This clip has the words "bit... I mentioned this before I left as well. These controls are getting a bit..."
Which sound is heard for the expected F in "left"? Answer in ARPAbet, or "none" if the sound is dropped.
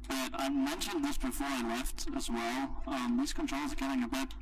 F